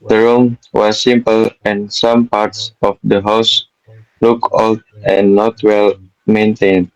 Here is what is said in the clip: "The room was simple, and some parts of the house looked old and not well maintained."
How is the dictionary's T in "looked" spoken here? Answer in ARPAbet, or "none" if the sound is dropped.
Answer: none